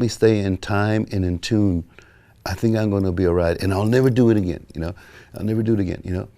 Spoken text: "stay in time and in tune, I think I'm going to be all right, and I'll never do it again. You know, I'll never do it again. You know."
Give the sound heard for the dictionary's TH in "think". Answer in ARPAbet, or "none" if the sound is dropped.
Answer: TH